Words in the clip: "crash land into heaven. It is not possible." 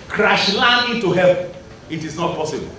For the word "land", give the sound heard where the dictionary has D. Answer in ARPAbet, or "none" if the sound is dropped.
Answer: none